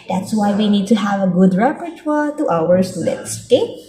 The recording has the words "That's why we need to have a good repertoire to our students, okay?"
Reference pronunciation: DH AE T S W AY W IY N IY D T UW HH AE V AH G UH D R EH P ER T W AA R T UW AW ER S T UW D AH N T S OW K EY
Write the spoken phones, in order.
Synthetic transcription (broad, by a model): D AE T S W AY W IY N IY D T UW HH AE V AH G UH D R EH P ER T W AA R T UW AW ER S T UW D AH T S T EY